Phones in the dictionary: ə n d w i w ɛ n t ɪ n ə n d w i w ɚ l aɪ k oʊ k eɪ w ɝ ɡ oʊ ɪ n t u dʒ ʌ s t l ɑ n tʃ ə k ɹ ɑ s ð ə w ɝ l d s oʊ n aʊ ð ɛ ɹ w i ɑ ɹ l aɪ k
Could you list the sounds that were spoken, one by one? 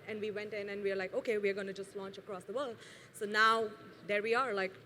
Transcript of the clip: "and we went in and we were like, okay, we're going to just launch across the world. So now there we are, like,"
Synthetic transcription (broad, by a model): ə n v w i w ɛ n t ɪ n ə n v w i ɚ l aɪ k oʊ k eɪ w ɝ ɡ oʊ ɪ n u dʒ ʌ s t l ɑ n tʃ ə k ɹ ɑ s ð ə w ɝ l d s oʊ n aʊ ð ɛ ɹ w i ɑ ɹ l aɪ k